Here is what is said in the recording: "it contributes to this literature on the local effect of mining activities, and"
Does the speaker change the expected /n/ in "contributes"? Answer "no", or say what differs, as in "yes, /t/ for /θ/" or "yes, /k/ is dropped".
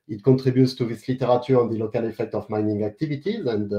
yes, /n/ is dropped